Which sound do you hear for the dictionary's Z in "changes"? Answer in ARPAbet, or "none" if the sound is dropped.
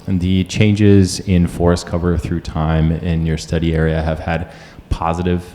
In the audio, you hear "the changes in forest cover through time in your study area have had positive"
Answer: Z